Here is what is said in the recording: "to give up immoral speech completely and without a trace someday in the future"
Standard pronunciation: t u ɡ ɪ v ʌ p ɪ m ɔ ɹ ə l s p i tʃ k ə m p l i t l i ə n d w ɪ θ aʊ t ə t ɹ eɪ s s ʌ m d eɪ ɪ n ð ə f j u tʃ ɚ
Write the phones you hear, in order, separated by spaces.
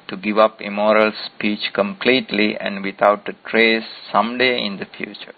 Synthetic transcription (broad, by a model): t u ɡ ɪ v ʌ p ɪ m ɔ ɹ ə l s p i tʃ k ə m p l i t l i ə n d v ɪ t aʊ t ə t ɹ eɪ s s ʌ m d eɪ ɪ n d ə f j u tʃ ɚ